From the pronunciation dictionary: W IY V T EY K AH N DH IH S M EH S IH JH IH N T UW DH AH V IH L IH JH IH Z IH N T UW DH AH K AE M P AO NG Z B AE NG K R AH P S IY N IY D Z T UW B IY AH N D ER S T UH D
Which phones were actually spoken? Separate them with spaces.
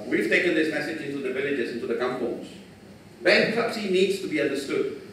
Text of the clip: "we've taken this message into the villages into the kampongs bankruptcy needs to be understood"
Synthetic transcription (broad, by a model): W IY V T EY K AH N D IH S M EH S IH JH IH N T UW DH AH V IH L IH JH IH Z IH N T UW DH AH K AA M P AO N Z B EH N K AH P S IY N IY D S T UW B IY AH N D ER S T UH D